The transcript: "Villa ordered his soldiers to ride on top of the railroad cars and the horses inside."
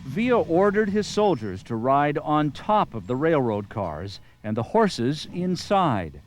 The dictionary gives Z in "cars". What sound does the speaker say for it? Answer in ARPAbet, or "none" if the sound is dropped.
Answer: Z